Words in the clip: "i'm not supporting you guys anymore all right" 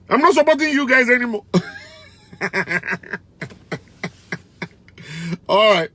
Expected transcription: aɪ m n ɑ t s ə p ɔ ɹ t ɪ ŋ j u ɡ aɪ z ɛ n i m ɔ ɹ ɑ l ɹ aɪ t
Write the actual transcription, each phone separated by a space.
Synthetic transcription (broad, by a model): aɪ m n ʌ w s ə b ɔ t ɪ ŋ j u ɡ aɪ z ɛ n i m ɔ ɑ l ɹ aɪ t